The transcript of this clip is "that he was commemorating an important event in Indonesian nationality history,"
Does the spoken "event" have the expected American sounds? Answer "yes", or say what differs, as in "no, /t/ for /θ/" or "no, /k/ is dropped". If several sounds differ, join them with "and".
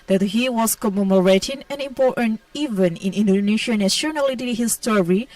no, /t/ is dropped